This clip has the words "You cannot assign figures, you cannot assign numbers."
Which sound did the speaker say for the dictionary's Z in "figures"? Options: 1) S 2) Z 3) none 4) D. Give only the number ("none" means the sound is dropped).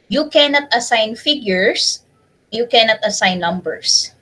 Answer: 1